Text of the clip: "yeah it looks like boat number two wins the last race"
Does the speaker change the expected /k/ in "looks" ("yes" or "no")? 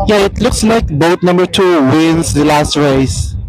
no